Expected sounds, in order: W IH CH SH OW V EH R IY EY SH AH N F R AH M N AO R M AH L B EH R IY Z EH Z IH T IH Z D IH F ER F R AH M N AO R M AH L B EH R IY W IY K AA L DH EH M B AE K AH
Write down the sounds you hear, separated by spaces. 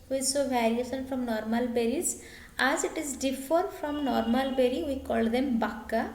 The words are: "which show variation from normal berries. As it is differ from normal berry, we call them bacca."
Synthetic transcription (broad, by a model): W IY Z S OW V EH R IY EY S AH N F R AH M N AO R M AH L B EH R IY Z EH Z IH T IH Z D IH F ER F R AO M N AO R M AH L B EH R IY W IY K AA L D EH M B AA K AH